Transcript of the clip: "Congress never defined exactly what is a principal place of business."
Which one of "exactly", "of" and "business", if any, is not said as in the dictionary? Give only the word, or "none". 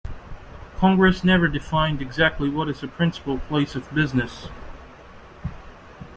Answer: none